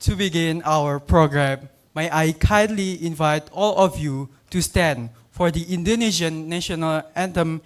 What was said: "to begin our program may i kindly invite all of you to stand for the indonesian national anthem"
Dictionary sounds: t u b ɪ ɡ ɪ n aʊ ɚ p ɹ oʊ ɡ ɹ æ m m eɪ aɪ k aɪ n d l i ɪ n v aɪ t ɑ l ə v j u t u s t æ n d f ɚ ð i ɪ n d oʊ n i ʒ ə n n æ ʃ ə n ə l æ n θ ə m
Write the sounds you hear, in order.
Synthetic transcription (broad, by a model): t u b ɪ ɡ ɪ n aʊ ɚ p ɹ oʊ ɡ ɹ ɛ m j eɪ aɪ k aɪ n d l i ɪ n v aɪ t ɑ l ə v j u t u s t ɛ n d f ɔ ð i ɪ n d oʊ n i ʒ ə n n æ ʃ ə n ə l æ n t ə m